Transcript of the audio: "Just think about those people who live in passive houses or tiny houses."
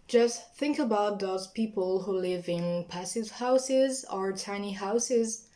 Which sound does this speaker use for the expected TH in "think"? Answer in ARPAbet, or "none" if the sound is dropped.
TH